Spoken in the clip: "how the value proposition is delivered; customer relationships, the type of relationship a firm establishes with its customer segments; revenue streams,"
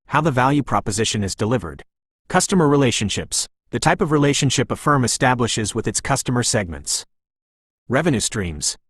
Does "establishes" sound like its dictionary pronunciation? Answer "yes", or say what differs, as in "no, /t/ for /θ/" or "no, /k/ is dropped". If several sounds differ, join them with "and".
yes